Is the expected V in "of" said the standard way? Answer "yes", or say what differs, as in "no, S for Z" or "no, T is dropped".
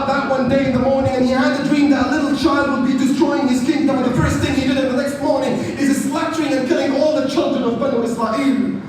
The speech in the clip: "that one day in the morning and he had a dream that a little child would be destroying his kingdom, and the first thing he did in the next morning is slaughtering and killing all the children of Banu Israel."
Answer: yes